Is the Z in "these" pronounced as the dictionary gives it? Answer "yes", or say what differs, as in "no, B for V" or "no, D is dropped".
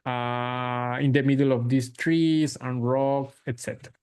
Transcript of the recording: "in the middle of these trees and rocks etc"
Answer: no, S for Z